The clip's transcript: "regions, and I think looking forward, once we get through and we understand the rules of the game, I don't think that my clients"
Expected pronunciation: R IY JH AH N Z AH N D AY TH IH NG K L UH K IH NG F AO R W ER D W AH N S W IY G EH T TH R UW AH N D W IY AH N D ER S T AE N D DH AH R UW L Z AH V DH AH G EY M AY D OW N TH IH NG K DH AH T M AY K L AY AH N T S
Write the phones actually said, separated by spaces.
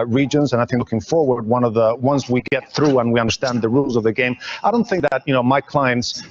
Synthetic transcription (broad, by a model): R IY JH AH N Z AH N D AY TH IH NG K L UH K IH NG F AO R W ER D W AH N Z W IY G EH T TH R UW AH N W IY AH N D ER S T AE N DH AH R UW L Z AH V DH AH G EY M AY D OW N TH IH NG K DH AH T M AY K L AY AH N T S